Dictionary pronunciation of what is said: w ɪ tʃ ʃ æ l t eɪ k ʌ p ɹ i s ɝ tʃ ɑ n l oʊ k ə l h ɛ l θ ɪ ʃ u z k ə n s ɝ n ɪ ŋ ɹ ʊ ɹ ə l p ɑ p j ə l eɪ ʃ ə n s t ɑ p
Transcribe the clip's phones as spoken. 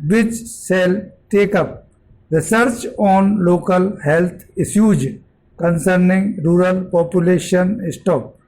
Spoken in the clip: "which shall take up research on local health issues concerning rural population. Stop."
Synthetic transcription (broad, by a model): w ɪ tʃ s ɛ l t eɪ k ʌ p ɹ i s ɝ tʃ ɑ n l oʊ k ə l h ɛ l t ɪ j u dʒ k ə n s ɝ n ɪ ŋ ɹ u ɹ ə l p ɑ p j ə l eɪ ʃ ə n s t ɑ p